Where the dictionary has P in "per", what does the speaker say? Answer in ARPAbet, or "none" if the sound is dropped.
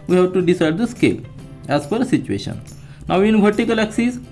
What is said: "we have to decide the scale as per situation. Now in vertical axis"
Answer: F